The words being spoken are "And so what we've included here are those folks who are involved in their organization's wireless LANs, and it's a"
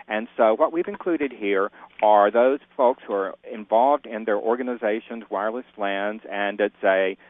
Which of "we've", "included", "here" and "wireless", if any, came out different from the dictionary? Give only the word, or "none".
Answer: none